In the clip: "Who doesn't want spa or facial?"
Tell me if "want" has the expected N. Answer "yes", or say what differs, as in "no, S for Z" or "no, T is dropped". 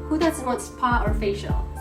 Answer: no, N is dropped